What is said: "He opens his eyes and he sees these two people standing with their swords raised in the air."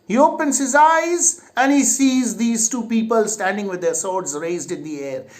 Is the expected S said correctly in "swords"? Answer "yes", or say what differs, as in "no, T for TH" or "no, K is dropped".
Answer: yes